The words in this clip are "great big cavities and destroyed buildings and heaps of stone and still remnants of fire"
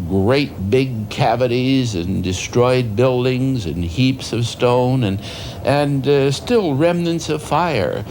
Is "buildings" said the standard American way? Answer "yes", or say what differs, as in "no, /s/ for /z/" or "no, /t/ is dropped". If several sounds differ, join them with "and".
yes